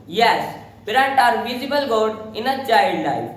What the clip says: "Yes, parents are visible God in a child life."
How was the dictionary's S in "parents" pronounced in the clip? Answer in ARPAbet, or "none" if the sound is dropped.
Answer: none